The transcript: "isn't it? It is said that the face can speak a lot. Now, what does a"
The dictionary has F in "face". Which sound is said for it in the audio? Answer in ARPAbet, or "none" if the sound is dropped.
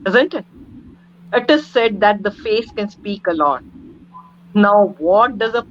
F